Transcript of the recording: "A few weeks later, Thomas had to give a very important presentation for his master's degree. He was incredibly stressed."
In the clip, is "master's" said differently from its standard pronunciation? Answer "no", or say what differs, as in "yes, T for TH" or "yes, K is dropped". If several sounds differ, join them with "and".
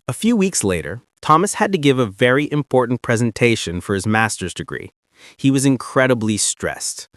no